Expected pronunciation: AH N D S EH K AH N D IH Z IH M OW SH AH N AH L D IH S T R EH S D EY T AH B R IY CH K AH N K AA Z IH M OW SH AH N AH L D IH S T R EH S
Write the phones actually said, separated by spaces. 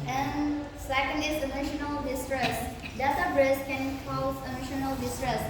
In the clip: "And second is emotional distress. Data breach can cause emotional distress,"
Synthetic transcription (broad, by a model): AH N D S EH K AH N D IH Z IH M OW SH AH N AH L D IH S T R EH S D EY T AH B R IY S K AH N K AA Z IH M OW SH AH N AH L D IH S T R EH S